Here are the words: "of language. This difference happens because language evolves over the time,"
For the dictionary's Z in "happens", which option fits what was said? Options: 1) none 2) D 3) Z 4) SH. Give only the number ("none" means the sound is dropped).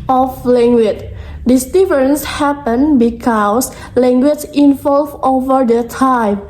1